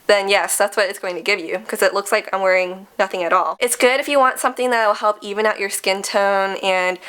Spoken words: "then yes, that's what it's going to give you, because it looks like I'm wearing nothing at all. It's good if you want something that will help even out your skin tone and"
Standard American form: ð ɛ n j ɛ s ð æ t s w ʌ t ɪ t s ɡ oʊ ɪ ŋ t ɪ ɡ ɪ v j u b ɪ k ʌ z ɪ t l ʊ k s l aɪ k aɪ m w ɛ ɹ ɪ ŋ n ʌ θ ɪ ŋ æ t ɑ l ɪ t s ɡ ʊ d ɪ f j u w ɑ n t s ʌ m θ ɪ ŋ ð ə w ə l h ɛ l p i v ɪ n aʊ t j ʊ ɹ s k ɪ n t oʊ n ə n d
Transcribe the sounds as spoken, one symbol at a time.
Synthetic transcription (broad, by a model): ð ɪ n j ɛ s ð æ t s w ʌ t ɪ t s ɡ oʊ ɪ ŋ t ɪ ɡ ɪ v j u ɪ k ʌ z ɪ t l ʊ k s l aɪ k aɪ m w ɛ ɹ ɪ ŋ n ʌ θ ɪ ŋ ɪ t ɑ l ɪ t s ɡ ʊ d ɪ f j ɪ w ɑ n t s ʌ m θ ɪ ŋ ð ə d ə l h ɛ l p i v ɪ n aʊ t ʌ ɹ s k ɪ n t oʊ n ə n